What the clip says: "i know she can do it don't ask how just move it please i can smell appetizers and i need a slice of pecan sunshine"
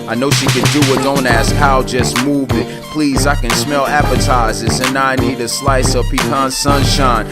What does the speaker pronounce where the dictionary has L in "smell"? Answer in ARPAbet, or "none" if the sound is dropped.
L